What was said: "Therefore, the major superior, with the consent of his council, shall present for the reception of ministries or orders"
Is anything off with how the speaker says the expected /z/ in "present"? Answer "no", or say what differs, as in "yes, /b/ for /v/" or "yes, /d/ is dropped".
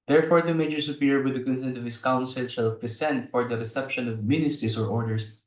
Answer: yes, /s/ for /z/